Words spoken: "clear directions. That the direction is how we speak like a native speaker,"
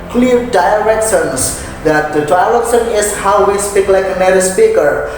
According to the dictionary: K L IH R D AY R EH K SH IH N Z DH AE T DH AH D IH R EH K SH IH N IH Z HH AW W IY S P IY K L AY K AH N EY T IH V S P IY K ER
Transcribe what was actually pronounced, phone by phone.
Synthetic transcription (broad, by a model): K L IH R D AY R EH K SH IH N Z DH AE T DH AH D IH L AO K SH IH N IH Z HH AW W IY S P IY K L AY K AH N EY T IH S P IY K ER